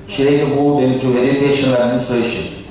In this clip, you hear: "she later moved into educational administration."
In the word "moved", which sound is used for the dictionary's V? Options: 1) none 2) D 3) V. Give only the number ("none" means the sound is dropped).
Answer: 1